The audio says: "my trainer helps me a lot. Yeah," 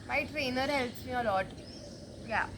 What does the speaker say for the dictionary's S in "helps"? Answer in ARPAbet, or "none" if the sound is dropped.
S